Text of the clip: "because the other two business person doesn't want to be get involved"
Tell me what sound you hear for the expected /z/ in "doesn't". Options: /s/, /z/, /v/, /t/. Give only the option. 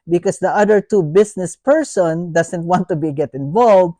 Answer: /s/